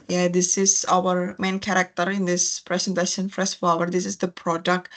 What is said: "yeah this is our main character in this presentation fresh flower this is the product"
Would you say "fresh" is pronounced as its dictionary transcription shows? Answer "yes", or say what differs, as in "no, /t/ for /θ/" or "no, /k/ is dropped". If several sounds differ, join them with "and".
no, /s/ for /ʃ/